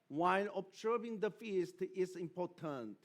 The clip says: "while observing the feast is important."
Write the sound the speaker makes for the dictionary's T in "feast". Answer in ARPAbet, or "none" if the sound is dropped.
T